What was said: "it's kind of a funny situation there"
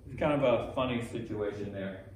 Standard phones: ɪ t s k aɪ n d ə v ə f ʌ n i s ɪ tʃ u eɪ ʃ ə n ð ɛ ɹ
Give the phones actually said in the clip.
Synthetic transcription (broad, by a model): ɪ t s k aɪ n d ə b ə f ʌ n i s ɪ tʃ u eɪ ʃ ə n ð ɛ ɹ